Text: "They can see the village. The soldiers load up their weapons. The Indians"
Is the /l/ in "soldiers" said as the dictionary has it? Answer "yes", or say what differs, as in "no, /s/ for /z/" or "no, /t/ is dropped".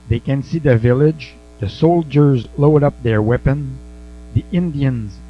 yes